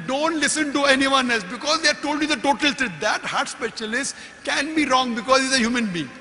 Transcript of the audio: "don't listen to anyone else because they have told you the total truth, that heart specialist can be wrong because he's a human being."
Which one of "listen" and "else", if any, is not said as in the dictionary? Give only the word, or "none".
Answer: none